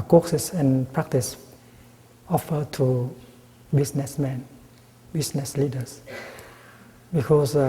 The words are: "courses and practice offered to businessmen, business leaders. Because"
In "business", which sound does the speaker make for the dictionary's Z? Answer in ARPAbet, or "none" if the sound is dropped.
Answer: S